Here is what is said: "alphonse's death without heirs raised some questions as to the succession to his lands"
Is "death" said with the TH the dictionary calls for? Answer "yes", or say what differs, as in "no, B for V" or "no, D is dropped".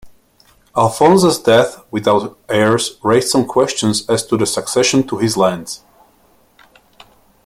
yes